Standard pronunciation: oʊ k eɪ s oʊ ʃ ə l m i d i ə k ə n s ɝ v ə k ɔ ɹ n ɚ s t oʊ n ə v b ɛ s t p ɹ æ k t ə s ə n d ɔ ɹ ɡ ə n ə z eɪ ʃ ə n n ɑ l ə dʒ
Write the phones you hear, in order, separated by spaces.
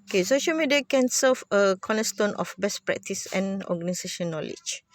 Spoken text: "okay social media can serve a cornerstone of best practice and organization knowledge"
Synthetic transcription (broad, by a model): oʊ k eɪ s oʊ ʃ ə l m i d i ə k ə n s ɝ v ə k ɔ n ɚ s t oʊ n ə f b ɛ s p ɹ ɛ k t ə s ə n ɔ ɡ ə n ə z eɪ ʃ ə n n ɑ l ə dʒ